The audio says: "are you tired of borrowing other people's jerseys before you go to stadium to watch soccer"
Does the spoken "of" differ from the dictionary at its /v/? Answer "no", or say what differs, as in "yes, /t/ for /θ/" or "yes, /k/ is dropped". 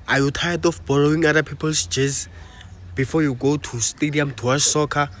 yes, /f/ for /v/